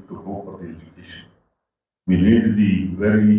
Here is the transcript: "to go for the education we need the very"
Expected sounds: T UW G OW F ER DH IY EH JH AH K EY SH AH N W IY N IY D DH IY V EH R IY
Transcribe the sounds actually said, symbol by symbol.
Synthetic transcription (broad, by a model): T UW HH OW P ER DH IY EH JH AH K EY SH AH N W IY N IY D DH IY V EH R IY